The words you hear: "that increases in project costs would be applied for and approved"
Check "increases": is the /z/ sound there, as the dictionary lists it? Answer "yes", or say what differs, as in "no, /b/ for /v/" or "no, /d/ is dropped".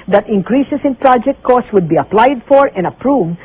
no, /s/ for /z/